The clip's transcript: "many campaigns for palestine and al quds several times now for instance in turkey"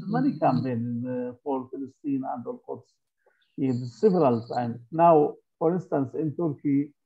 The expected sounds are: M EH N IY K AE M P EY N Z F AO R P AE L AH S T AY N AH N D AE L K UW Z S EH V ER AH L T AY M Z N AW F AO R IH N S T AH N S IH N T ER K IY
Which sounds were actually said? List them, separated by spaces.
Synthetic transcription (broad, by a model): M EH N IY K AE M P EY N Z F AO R F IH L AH S T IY N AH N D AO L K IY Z S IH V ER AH L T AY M N AW F AO R IH N S T AH N S IH N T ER K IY